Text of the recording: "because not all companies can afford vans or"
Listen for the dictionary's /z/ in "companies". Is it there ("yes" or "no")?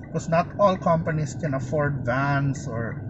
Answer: no